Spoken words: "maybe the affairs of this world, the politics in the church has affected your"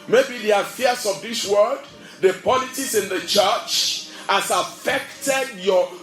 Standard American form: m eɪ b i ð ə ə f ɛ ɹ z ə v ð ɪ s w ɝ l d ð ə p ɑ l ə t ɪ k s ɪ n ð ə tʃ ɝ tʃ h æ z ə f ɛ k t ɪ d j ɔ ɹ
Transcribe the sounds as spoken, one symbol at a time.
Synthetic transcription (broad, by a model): m eɪ b i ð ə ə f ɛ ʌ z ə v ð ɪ s w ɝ d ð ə p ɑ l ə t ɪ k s ɪ n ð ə tʃ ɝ tʃ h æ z ə f ɛ k t ɪ d j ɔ